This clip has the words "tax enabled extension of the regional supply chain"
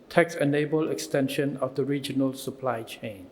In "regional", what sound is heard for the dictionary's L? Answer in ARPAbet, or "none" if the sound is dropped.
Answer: L